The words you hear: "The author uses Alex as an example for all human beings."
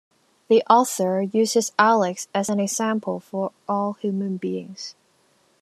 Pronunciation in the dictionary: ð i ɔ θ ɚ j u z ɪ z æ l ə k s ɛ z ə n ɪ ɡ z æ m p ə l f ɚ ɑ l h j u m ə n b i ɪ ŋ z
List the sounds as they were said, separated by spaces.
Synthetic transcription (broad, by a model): ð i ɔ θ ɚ j u z ɪ z æ l ə k s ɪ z ə n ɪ ɡ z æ m p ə l f ɚ ɑ l h j u m ə n b i ɪ ŋ z